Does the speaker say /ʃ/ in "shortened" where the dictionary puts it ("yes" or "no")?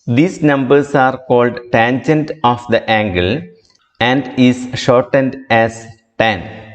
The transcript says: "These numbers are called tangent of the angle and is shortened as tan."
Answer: yes